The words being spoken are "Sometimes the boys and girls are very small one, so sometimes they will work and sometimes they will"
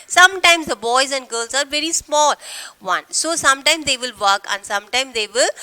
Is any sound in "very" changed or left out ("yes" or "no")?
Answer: no